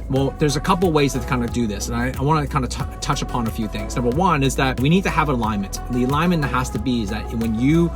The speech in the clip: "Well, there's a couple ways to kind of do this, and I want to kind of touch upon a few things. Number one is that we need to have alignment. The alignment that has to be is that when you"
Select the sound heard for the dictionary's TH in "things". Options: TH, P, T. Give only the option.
TH